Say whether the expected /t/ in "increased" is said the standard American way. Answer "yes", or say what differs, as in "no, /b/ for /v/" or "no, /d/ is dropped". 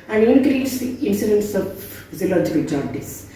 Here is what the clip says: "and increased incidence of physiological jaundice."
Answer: no, /t/ is dropped